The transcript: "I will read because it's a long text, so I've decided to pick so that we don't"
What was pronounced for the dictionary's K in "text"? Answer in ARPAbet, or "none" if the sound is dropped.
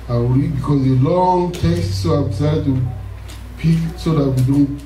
none